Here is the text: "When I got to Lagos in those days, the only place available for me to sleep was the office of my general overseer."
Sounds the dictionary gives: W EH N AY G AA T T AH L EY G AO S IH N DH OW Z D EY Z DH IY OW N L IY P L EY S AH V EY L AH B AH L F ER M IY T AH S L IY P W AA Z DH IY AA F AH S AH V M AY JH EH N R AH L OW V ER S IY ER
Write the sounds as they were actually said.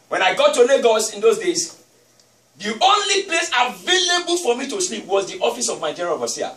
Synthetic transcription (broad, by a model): W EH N AY G AA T T AH N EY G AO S IH N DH OW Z D EY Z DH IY OW N L IY P L EY S AH V EY L AH B AH L F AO M IY T AH S L IY P W AA Z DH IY AA F AH S AH V M AY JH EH R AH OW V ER S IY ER